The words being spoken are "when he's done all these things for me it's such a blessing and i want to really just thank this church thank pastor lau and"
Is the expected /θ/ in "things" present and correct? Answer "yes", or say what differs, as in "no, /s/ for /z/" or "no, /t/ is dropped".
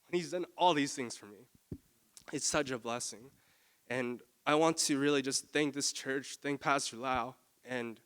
yes